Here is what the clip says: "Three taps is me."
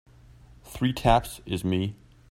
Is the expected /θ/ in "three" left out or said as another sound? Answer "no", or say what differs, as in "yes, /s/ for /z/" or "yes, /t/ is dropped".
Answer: no